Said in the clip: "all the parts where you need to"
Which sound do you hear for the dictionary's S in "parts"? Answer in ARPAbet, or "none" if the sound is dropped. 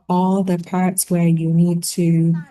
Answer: S